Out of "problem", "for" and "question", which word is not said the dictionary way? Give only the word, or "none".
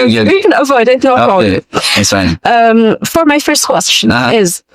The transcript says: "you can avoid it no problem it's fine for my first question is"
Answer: problem